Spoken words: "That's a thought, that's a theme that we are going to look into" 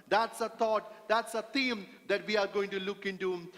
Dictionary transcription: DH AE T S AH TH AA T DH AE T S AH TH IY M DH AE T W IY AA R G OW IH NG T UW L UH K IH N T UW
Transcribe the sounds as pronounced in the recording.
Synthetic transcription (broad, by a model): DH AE T S AH T AA T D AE T S AH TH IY M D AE T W IY AA R G OW IH NG T UW L UH K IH N T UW